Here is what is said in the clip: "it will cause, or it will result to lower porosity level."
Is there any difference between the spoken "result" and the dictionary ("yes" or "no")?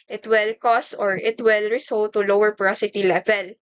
yes